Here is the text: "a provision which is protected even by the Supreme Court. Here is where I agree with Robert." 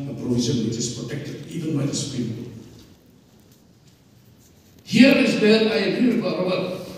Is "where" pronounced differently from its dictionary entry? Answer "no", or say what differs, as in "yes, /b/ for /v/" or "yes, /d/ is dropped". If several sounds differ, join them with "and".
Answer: yes, /l/ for /ɹ/